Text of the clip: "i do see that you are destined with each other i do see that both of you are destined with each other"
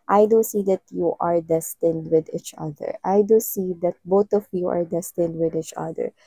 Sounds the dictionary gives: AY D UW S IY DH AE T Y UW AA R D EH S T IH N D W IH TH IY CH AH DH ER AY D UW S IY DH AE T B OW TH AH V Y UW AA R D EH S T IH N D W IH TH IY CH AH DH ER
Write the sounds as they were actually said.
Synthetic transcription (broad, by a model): AY D UW S IY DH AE T Y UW AA R D EH S T IH N D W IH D IY CH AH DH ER AY D UW S IY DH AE T B OW T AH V Y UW AA R D EH S T IH N D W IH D IY CH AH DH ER